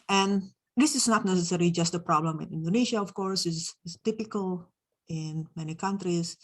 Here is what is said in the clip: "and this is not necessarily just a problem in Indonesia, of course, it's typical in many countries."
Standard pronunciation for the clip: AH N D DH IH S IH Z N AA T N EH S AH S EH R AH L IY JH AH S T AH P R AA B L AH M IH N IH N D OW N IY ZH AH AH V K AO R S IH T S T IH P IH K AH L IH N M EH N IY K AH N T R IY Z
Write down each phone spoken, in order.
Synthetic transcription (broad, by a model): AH N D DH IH S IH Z N AA T N EH S AH S EH R AH L IY JH AH S T AH P R AA B L AH M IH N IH N D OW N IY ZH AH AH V K AO R S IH S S T IH P IH K AH L IH N M EH N IY K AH N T R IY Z